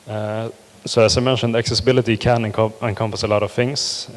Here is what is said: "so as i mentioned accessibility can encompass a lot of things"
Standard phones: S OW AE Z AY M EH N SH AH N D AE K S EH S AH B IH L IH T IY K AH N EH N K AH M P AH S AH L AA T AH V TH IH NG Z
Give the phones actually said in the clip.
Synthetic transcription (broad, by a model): S OW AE S AY M EH N SH AH N D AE K S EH S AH B IH L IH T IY K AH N EH N K AH M P AH S AH L AA T AH V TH IH NG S